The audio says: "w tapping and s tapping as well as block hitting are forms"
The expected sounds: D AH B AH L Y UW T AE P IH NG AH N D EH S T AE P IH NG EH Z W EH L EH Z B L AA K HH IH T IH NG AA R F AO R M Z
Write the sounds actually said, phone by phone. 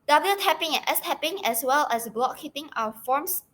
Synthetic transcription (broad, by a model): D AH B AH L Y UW T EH P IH NG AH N EH S T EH P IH NG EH S W EH L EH S B L AA K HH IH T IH NG AA W F AO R M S